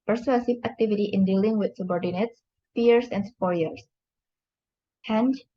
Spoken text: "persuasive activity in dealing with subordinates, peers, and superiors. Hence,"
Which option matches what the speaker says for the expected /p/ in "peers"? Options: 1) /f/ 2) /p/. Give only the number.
1